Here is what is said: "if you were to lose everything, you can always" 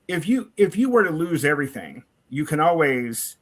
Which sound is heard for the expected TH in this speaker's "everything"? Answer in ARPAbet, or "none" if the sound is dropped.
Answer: TH